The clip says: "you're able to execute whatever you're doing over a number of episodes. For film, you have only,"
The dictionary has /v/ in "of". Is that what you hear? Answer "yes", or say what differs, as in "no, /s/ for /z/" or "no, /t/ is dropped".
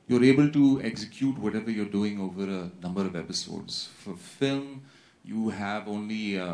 yes